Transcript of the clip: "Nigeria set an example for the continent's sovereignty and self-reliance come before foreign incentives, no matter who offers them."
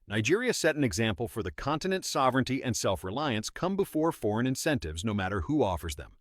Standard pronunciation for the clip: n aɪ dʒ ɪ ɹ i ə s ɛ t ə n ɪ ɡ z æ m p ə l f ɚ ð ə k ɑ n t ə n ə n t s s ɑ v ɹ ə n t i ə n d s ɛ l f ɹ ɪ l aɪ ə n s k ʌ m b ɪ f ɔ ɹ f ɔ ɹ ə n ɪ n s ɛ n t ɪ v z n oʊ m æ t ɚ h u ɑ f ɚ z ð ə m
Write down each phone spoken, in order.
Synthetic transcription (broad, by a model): n aɪ dʒ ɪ ɹ i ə s ɛ t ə n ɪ ɡ z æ m p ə l f ɚ ð ə k ɑ n t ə n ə n t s s ɑ v ɹ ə n t i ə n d s ɛ l f ɹ ɪ l aɪ ə n s k ʌ m b ɪ f ɔ ɹ f ɔ ɹ ə n ɪ n s ɛ n t ɪ v z n oʊ m æ t ɚ h u ɑ f ɚ z ð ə m